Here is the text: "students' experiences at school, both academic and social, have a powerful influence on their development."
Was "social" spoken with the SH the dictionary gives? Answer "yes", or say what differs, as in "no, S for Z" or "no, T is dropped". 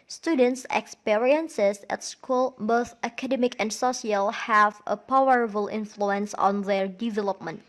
no, SH is dropped